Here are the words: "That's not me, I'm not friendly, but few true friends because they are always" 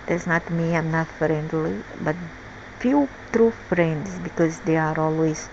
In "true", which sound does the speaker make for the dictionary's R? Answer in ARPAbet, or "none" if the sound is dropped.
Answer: R